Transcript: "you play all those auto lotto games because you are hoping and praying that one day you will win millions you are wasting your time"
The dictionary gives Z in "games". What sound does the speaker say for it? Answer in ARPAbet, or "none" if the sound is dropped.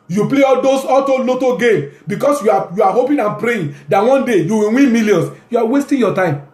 none